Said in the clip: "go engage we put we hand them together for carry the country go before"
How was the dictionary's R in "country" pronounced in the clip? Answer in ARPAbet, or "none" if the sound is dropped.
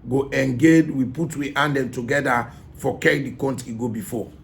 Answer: none